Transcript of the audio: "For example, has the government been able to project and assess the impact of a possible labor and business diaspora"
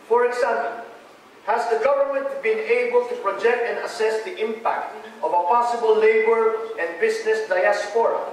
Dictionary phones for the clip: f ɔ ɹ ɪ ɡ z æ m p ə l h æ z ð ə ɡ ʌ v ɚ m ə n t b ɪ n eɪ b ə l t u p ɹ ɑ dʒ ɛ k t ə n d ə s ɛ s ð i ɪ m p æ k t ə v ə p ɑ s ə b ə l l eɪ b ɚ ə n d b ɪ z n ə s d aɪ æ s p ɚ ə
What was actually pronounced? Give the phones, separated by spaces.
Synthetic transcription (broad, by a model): f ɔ ɹ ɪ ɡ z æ m p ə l h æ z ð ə ɡ ʌ v ɚ m ə n t b ɪ n eɪ b ə l t u p ɹ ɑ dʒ ɛ k t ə n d ə s ɛ s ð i ɪ m p æ k t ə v ə p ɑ s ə b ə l l eɪ b ɚ ə n d b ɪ s n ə s d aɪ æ s p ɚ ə